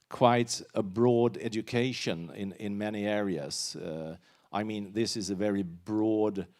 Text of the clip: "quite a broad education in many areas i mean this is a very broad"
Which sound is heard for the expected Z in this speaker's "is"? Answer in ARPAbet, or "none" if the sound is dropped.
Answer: Z